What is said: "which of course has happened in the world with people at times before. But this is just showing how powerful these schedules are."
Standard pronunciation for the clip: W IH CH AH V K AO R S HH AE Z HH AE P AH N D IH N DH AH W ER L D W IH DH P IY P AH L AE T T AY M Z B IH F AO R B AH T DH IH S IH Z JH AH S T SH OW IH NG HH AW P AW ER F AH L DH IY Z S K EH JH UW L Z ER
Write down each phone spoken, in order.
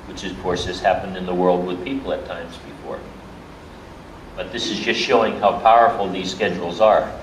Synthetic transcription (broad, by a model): W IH CH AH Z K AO R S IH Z HH AE P AH N D IH N DH AH W ER L D W IH DH P IY P L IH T T AY M Z B IH F AO R B AH T DH IH S IH Z JH AH S T SH OW IH NG HH AW P AW ER F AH L DH IY Z S K EH JH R L Z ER